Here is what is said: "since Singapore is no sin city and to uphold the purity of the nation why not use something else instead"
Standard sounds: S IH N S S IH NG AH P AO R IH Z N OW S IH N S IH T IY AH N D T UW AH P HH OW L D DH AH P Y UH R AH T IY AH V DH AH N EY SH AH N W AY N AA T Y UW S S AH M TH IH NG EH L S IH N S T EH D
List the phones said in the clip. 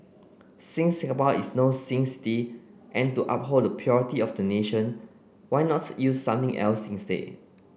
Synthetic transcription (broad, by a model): S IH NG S S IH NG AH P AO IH S N OW S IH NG S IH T IY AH N T UW AH P HH OW L D AH P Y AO R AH T IY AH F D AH N EY SH AH N W AY N AA T Y UW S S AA M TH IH NG EH L S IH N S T EH